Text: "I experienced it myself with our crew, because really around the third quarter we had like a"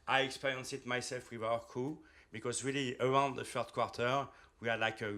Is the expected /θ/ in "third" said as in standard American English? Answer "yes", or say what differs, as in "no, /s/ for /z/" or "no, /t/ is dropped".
no, /f/ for /θ/